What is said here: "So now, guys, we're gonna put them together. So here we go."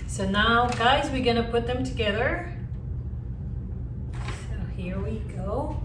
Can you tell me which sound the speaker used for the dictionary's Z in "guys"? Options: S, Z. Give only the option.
Z